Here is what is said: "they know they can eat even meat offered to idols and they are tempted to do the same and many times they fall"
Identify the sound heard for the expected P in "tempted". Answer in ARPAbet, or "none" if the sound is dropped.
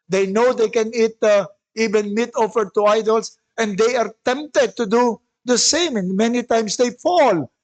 P